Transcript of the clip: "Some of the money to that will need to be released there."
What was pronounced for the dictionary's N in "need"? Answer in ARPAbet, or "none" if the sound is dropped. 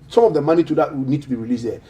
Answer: N